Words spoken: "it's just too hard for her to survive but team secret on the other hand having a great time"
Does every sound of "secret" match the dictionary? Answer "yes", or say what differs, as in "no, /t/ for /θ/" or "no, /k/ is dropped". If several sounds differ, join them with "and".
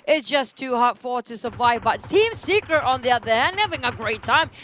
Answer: yes